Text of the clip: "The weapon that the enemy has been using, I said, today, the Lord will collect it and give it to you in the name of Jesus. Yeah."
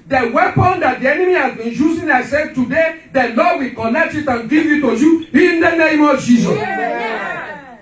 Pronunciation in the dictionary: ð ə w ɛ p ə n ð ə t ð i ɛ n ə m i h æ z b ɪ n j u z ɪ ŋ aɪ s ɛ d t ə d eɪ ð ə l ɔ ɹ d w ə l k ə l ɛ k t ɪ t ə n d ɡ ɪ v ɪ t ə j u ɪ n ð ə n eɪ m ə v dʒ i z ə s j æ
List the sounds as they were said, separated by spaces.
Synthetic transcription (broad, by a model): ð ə w ɛ p ə n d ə t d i ɛ n ə m i h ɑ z b ɪ n j u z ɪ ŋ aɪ s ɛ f t ə d eɪ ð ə l ɔ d w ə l k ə n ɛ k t ɪ t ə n ɡ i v ɪ t ə j u ɪ n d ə n eɪ m ə v dʒ i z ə s